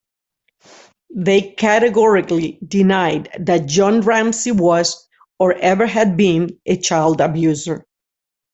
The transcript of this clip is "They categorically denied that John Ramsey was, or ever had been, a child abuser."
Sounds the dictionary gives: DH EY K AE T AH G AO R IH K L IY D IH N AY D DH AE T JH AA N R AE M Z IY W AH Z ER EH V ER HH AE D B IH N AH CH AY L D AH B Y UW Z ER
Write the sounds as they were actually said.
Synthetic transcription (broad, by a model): DH EY K AE T AH G AO R IH K L IY D IH N AY D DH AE T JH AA N R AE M S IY W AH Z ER EH V ER HH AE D B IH N AH CH AY L D AH B Y UW Z ER